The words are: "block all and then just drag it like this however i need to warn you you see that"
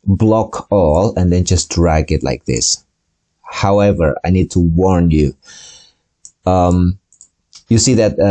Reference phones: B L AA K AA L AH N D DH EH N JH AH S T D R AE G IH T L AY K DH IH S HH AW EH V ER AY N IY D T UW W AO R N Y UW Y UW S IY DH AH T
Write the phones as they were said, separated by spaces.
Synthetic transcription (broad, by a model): B L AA K AA L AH N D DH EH N JH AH S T D R AE G IH T L AY K DH IH S HH AW EH V ER AY N IY D T UW W AO R N Y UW Y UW S IY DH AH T